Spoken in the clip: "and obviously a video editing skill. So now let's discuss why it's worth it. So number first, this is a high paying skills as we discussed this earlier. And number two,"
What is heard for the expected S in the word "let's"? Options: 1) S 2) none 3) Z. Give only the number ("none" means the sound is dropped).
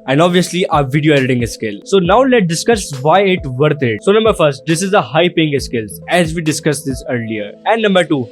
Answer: 2